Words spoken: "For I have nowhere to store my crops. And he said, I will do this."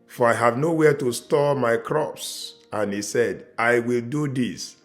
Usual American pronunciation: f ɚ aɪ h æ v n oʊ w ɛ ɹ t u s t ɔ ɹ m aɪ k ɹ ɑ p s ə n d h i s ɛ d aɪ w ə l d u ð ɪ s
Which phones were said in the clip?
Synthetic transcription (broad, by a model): f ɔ aɪ h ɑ v n oʊ w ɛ t u s t ɔ m aɪ k ɹ ɑ p s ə n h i s ɛ d aɪ w ə l d u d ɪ s